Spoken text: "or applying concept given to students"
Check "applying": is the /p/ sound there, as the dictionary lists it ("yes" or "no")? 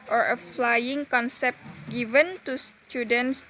no